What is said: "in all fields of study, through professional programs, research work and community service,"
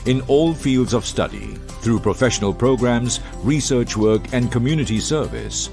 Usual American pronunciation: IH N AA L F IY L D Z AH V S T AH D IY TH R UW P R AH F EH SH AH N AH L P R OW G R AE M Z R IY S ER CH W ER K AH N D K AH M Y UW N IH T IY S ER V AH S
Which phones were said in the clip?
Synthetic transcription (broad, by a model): IH N AA L F IY L D Z AH V S T AH D IY TH R UW P R AH F EH SH AH N AH L P R OW G R AE M Z R IY S ER CH W ER K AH N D K AH M Y UW N IH T IY S ER V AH S